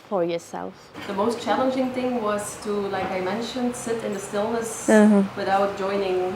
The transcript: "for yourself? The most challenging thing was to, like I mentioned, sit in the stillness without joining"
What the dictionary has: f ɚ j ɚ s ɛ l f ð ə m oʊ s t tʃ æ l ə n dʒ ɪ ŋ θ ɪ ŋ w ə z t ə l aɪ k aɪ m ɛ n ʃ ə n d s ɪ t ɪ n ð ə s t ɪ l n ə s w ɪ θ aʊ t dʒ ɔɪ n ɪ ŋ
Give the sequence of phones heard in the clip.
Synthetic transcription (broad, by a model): f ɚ j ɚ s ɛ l f ð ə m oʊ s t tʃ æ l ə n dʒ ɪ ŋ θ ɪ ŋ w ə z t ə l aɪ k aɪ m ɛ n ʃ ə n d s ɪ t ɪ n ð ə s t ɪ l n ə s w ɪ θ aʊ t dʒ ɔɪ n ɪ ŋ